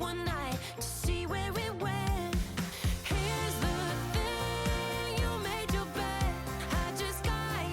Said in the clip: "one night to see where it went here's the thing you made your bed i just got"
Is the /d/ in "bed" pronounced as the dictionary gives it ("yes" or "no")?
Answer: no